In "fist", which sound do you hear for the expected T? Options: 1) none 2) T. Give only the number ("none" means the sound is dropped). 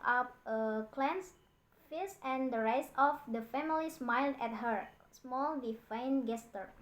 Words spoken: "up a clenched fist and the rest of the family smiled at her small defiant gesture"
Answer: 1